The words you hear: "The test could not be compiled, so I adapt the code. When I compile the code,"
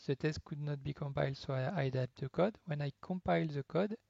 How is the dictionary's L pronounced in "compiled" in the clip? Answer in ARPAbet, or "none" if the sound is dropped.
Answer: L